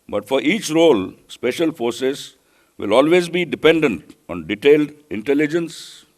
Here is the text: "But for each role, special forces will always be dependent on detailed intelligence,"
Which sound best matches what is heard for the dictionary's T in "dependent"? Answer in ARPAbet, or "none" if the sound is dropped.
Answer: T